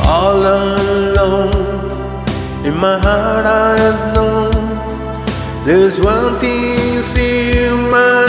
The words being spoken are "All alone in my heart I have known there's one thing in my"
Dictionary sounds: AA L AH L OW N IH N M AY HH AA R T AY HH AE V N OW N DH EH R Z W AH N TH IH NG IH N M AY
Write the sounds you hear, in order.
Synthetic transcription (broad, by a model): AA L AH L OW N IH N M AY HH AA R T AY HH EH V N OW N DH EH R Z W AH N T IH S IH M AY